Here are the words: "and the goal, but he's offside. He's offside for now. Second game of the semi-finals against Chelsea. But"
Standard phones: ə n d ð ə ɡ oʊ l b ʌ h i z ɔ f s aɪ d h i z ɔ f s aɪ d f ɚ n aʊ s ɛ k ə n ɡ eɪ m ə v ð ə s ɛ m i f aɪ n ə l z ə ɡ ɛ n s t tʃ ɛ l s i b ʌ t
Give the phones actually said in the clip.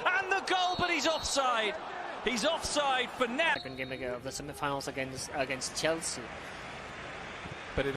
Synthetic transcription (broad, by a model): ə n ð ə ɡ oʊ l b ʌ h i z ɔ f s aɪ d h i z ɔ f s aɪ d f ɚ n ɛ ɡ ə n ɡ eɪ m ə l ð ə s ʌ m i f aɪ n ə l s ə ɡ ɛ n s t tʃ ɛ l s i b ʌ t